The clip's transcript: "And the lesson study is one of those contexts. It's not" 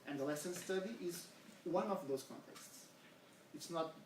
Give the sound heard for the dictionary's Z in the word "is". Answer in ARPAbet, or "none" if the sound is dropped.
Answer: Z